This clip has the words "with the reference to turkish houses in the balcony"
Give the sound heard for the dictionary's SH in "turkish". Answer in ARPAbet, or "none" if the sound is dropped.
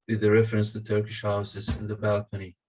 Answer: SH